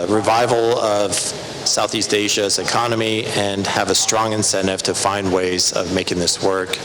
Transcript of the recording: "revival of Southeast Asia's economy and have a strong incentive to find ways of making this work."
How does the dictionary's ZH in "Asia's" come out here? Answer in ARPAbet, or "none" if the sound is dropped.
ZH